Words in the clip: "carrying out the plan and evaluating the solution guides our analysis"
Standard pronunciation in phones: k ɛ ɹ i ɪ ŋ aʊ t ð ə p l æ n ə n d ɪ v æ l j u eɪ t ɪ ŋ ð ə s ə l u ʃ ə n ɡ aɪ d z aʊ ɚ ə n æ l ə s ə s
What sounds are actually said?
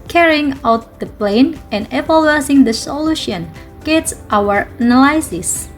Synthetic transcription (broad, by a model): k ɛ ɹ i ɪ ŋ aʊ t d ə p l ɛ n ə n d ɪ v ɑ l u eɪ s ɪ ŋ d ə s ə l u ʃ ə n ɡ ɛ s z aʊ ɚ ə n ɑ l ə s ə s